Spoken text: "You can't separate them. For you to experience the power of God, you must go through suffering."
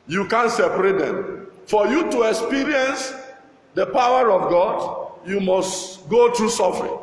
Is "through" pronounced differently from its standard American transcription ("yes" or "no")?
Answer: yes